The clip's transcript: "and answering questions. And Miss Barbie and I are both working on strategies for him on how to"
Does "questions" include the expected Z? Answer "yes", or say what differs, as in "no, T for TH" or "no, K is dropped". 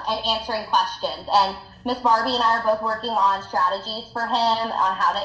yes